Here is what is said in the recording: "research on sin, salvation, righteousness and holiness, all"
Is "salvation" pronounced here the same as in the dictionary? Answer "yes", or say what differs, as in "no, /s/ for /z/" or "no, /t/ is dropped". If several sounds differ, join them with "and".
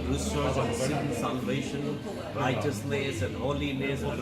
yes